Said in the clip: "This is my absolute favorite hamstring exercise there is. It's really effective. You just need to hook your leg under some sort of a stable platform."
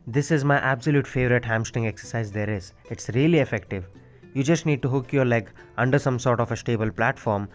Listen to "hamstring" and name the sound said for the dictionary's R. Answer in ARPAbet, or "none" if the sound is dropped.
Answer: none